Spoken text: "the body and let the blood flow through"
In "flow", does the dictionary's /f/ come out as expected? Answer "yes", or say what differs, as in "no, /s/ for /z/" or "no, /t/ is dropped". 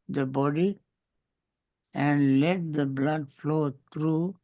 yes